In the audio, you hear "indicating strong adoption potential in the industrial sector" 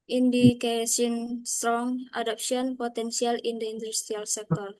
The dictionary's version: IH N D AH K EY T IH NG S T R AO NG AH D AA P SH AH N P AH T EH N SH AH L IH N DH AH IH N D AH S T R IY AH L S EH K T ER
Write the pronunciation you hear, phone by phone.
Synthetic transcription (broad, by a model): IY N D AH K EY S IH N S T R AO NG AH D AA P S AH N P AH T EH N S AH L IH N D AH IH N D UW S T R IY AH L S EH K T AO